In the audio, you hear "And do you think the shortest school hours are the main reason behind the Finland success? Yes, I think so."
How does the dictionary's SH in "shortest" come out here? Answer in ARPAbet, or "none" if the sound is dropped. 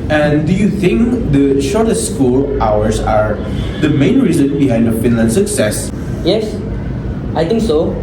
SH